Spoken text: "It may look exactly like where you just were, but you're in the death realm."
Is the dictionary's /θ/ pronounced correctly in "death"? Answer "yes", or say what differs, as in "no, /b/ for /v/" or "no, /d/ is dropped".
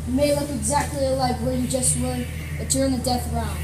yes